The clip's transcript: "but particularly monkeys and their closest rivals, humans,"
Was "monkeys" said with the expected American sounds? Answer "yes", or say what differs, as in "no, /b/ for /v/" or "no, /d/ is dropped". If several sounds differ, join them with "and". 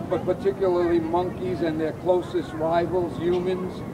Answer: yes